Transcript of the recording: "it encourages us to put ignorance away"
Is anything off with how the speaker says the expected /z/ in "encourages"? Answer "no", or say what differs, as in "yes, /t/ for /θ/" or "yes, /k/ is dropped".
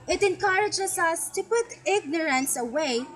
yes, /s/ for /z/